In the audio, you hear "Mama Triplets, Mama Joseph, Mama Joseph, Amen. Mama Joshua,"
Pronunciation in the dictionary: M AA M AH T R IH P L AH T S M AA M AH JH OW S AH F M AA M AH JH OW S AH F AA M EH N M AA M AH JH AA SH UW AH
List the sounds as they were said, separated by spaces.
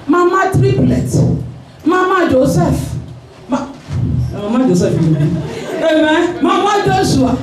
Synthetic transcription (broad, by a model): M AA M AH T R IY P L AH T M AA M AH JH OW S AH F M AA M AH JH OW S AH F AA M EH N M AA M AH JH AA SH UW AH